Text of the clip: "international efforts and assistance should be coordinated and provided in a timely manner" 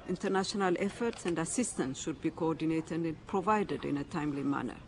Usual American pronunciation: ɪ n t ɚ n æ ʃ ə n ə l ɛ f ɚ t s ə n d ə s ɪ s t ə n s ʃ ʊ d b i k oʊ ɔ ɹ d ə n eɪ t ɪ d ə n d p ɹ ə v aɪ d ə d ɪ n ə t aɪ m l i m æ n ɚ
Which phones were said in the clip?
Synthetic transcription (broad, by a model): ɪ n t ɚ n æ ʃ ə n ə l ɛ f ɚ t s ə n d ə s ɪ s t ə n s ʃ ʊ d b i k oʊ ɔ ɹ d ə n eɪ t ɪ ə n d p ɹ ə v aɪ d ə d ɪ n ə t aɪ m l i m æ n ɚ